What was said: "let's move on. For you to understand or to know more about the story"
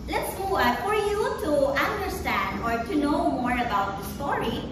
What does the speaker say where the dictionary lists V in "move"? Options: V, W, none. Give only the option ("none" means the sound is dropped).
none